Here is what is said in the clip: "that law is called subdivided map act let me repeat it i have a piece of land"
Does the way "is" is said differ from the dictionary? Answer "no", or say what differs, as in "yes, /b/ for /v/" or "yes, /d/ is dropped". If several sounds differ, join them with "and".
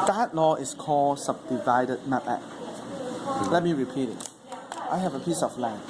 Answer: yes, /s/ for /z/